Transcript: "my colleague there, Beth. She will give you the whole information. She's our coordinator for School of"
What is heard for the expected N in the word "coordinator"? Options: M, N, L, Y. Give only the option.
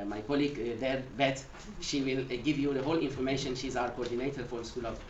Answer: N